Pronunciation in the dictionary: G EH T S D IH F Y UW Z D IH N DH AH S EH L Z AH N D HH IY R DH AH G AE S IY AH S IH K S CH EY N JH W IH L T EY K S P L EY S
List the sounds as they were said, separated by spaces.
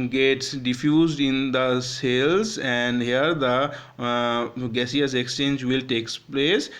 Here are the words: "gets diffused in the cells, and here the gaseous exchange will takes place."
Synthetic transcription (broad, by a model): G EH T S D IH F Y UW Z D IH N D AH S EH L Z AH N D HH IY R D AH G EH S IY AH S IH K S CH EY N JH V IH L T EY K S P L EY S